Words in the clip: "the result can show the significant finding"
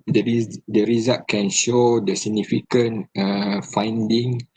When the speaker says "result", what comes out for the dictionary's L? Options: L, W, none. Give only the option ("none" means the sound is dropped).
none